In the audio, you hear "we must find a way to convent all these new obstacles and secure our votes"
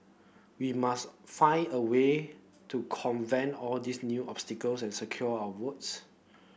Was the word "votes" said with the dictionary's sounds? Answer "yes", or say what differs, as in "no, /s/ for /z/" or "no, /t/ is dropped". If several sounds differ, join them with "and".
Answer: no, /w/ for /v/